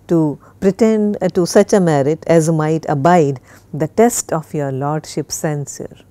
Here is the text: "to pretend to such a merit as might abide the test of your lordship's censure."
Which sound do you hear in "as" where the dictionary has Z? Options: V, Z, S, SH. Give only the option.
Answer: Z